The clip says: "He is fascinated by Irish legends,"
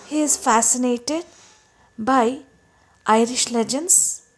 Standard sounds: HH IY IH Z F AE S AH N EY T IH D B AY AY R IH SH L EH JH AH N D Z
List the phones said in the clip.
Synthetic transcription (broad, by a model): HH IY IH Z F AE S AH N EY T IH D B AY AY R IH SH L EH JH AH N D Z